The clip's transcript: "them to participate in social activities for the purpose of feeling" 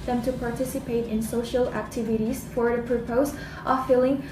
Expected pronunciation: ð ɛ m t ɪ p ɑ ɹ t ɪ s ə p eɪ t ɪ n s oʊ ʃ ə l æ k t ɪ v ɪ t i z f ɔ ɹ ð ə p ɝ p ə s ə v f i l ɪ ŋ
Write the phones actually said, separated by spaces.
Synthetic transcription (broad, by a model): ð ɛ m t ɪ p ɑ ɹ t ɪ s ə p eɪ t ɪ n s oʊ ʃ ə l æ k t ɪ v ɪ t i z f ɔ ɹ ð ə p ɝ p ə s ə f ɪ l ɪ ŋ